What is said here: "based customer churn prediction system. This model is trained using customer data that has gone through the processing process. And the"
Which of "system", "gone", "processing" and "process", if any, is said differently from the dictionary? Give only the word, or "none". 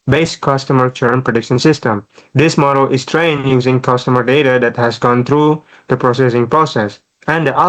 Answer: none